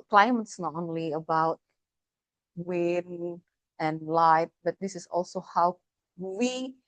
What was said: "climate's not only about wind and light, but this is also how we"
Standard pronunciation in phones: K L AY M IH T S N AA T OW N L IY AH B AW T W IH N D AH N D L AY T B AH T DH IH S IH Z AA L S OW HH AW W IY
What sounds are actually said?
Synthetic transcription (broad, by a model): K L AY M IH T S N AA T OW N L IY AH B AW T W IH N AH N L AY T B AH T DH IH S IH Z AA L S OW HH AW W IY